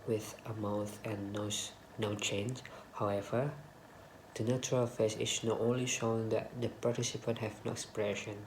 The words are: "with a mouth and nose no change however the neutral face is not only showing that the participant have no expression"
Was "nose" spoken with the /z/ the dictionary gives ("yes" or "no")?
no